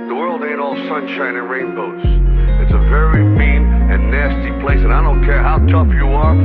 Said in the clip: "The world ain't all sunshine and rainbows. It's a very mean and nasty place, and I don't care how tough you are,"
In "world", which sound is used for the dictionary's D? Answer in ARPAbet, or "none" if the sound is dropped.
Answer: D